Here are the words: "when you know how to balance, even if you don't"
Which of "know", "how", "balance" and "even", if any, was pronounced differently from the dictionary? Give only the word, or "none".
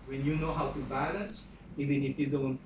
none